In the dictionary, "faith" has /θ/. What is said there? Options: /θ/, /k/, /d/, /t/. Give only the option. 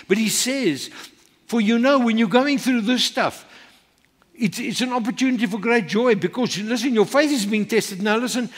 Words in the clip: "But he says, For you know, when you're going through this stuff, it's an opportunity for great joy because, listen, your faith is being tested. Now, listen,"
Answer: /θ/